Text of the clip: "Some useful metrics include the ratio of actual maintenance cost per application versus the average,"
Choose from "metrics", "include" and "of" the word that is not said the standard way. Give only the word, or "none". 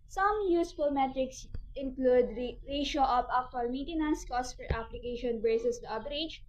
of